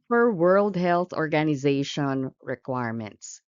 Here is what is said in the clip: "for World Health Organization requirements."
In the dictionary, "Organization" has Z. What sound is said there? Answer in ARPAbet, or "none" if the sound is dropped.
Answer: Z